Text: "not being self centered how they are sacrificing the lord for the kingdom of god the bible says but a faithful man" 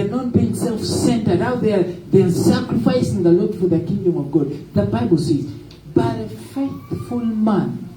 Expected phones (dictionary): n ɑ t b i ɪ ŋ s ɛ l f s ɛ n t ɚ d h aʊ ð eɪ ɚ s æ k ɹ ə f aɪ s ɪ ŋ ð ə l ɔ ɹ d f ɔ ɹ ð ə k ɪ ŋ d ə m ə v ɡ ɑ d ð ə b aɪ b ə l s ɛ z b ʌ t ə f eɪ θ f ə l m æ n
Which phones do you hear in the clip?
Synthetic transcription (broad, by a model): n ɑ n b i ɪ ŋ s ɛ l f s ɛ n t ɚ d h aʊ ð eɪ ɚ s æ k ɹ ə f aɪ s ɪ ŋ ð ə l ɔ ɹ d f ɔ ɹ ð ə k ɪ ŋ d ə m ə v ɡ ɑ d ð ə b aɪ b ə l s ɛ z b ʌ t ə f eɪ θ f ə l m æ n